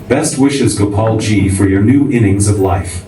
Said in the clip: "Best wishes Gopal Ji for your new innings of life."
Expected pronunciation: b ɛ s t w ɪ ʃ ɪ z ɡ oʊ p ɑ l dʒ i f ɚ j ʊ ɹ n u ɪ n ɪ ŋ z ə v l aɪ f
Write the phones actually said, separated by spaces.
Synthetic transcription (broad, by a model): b ɛ s t w ɪ ʃ ɪ z ɡ oʊ p ɑ l dʒ i f ɚ j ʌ ɹ n u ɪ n ɪ ŋ z ə v l aɪ f